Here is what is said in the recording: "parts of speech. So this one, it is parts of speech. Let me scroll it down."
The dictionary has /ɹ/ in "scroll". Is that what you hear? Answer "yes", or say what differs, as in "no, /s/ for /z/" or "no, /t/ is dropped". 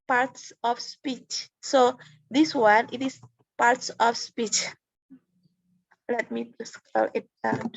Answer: no, /ɹ/ is dropped